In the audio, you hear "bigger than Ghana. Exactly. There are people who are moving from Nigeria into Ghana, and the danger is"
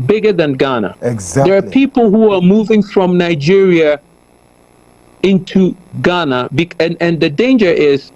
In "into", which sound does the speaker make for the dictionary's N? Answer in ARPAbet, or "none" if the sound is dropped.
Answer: N